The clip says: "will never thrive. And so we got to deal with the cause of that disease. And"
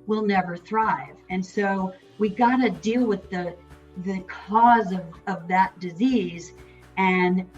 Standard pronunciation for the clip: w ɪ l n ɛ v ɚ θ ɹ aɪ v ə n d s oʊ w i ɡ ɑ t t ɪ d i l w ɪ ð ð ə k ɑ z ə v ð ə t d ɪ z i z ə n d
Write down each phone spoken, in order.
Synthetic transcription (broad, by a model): w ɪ l n ɛ v ɚ θ ɹ aɪ v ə n s oʊ w i ɡ ɑ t t ɪ d i l w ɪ ð ð ə k ɑ z ə v ð ə t d ɪ z i z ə n